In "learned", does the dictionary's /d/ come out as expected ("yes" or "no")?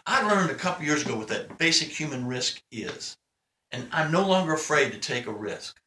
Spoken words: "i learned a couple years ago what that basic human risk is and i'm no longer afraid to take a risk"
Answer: yes